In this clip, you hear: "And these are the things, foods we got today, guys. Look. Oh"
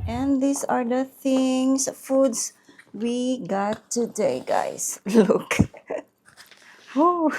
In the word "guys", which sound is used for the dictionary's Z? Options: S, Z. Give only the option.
S